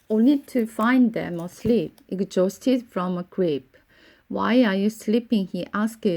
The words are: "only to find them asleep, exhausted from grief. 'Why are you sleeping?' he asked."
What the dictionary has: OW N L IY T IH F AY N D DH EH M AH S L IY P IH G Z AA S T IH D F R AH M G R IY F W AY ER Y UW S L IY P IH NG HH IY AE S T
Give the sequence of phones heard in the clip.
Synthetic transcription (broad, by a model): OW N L IY T IH F AY N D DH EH M AH S L IY P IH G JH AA S T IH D F R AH M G R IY P W AY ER Y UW S L IY P IH NG HH IY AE S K